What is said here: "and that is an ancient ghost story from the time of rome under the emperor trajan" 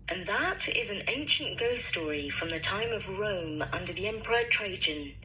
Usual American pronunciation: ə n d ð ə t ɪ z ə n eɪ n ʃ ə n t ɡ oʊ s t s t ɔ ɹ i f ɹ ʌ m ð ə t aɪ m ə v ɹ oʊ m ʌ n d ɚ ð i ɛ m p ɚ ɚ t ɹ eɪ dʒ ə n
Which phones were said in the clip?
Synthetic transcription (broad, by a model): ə n ð ə t ɪ z ə n eɪ n ʃ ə n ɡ oʊ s s t ɔ ɹ i f ɹ ʌ m ð ə t aɪ m ə v ɹ oʊ m ʌ n d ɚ ð i ɛ m p ɚ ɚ t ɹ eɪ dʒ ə n